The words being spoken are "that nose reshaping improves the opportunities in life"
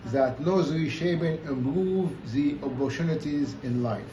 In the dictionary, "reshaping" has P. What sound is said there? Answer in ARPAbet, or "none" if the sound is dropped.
B